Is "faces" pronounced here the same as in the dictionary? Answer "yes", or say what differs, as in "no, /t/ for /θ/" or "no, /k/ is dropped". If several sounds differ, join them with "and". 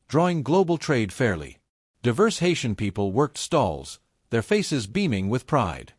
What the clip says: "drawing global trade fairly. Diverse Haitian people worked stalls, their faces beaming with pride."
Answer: yes